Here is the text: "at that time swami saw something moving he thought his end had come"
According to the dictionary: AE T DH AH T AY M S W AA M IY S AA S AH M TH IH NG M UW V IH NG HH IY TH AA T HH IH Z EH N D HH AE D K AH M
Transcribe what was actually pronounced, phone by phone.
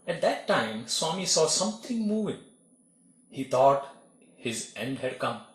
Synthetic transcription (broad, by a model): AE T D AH T AY M S W AA M IY S AA S AH M T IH NG M UW V IH NG HH IY T AA T HH IH Z EH N D HH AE D K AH M